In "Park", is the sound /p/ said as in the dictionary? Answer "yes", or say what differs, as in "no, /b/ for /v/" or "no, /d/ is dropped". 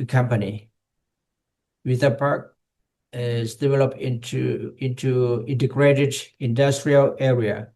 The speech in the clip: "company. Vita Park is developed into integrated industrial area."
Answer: yes